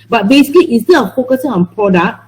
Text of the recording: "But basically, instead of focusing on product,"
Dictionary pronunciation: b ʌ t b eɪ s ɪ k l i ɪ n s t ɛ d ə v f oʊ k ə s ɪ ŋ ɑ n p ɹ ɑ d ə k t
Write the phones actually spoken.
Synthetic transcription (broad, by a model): b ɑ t b eɪ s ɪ k l i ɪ s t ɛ ə f oʊ k ə s ɪ ŋ ɑ n p ɹ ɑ d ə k